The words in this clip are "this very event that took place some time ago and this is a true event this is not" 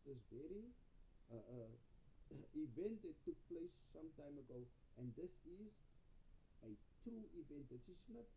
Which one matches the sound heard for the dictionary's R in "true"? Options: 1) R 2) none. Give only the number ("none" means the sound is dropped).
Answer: 2